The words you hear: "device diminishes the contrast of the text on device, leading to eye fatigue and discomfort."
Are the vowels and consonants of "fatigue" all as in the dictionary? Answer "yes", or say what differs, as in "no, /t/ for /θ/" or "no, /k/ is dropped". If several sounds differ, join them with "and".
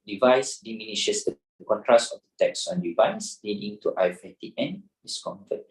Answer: no, /ɡ/ is dropped